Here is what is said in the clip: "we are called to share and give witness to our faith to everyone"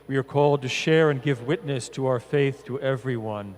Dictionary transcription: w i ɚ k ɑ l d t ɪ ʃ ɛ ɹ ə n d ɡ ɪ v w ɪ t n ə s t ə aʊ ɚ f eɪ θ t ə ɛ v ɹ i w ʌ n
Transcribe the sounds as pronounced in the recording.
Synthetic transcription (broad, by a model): w i ɚ k ɑ l d t ɪ ʃ ɛ ɹ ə n ɡ ɪ v w ɪ t n ə s t ə aʊ ɚ f eɪ θ t ə ɛ v ɹ i w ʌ n